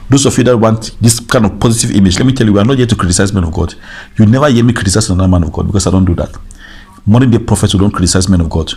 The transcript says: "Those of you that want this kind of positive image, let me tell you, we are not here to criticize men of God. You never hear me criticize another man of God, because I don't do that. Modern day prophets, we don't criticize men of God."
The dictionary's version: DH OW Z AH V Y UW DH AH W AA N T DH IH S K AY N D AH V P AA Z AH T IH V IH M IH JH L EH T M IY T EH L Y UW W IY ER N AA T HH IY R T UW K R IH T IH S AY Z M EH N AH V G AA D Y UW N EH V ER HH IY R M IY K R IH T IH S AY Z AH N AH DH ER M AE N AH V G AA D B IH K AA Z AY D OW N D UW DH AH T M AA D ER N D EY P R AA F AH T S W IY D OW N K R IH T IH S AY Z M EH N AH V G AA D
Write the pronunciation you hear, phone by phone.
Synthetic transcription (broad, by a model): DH OW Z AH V Y UW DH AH W AA N T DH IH S K AY N D AH V P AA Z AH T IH V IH M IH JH L EH T M IY T EH L Y UW W IY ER N AA T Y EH T UW K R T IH S AY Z M EH N AH V G AA D Y UW N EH V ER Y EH M IY K R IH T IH S AY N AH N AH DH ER M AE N AH V G AA D B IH K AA S AY D OW N D UW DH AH T M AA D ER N D EY P R AA F AH T S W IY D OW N K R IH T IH S AY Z M EH N AH V G AA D